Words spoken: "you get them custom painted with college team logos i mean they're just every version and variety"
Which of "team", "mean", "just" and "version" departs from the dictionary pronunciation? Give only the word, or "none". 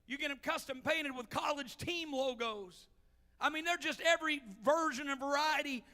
none